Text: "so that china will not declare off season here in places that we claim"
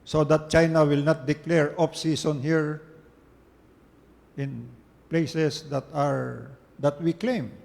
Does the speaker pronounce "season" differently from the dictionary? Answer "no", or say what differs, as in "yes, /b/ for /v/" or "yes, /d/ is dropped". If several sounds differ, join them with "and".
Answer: yes, /s/ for /z/